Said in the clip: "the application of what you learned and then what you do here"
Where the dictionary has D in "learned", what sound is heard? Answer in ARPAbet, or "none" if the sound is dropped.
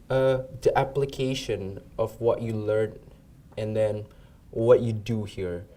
none